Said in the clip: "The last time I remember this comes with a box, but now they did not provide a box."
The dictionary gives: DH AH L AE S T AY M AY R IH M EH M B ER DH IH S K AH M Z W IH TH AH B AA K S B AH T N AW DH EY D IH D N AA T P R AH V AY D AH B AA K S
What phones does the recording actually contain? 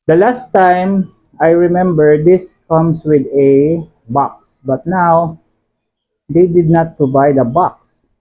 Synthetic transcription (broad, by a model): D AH L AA S T AY M AY R IH M EH M B ER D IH S K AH M S W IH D AH B AA K S B AH T N AW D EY D IH D N AA T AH B AY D AH B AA K S